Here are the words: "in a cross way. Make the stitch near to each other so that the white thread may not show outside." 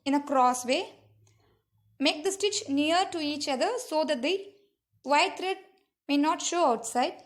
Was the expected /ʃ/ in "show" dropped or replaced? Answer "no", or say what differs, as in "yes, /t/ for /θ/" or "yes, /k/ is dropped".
no